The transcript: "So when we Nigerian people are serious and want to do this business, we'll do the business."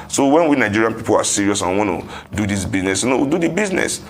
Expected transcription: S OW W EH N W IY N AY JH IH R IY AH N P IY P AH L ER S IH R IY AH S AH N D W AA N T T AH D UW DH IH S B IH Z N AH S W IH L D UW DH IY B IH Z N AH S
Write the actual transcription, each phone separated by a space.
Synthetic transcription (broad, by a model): S OW W EH N W IY N AY JH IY R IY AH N P IY P AH L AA S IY R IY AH S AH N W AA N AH D UW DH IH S B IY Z N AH S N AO W D UW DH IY B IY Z N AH S